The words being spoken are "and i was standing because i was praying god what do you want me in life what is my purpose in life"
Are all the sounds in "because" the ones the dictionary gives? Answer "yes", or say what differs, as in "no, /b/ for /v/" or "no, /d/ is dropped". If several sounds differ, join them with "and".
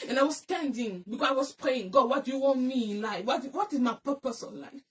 no, /z/ is dropped